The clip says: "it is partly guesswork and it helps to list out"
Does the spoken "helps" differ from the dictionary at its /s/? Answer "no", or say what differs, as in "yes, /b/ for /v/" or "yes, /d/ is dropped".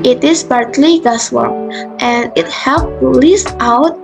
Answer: yes, /s/ is dropped